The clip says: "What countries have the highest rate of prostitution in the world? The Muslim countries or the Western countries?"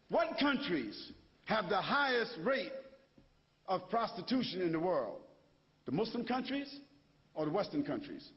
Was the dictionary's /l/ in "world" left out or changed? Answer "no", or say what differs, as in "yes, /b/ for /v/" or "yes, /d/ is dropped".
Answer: no